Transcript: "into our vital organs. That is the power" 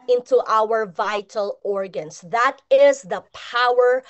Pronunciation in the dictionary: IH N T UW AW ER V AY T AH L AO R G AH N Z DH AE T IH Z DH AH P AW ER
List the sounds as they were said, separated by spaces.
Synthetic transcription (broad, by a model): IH N T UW AW ER V AY T AH L AO R G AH N S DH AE T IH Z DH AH P AW ER